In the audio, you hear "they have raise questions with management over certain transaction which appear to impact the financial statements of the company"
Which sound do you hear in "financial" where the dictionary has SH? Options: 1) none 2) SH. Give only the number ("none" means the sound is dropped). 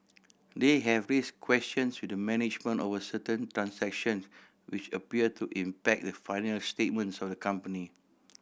1